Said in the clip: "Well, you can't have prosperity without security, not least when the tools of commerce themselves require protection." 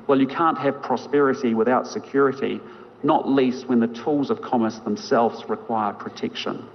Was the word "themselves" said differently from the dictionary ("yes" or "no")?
no